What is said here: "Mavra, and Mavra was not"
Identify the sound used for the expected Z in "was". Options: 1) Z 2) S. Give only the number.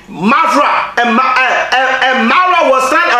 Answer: 2